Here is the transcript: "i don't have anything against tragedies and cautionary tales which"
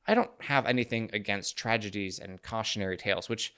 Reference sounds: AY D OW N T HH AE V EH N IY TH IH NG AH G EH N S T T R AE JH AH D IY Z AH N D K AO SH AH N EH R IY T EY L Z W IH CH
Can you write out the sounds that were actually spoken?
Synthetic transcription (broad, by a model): AY D OW N T HH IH V EH N IY TH IH NG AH G EH N S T T R AE JH AH D IY Z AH N K AO SH AH N EH R IY T EY L Z W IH CH